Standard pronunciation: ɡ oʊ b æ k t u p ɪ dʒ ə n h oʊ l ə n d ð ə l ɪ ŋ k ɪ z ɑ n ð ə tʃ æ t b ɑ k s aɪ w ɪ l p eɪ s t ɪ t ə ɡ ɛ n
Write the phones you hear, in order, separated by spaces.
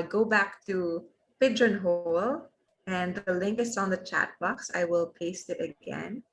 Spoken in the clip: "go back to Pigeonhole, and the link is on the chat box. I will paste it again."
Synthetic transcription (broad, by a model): ɡ oʊ b æ k t u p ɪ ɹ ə n h oʊ l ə n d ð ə l ɪ ŋ k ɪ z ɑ n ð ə tʃ æ t b ɑ k s aɪ w ɪ l p eɪ s t ɪ t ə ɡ ɛ n